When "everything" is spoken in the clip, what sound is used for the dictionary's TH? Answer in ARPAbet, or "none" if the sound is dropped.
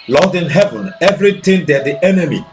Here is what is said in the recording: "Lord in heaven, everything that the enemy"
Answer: T